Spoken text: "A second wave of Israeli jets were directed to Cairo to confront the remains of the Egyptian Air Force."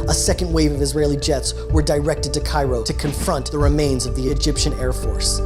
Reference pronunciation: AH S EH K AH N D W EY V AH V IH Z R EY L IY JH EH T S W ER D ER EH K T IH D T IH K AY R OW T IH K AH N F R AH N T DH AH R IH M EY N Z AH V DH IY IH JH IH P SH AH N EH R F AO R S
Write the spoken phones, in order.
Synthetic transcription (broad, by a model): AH S EH K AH N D W EY V AH V IH Z R EY L IY JH EH T S W ER D ER EH K T IH D T IH K AY R OW T IH K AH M F R AH N DH AH R IH M EY N Z AH V DH IY IH JH IH P SH AH N EH R F AO R S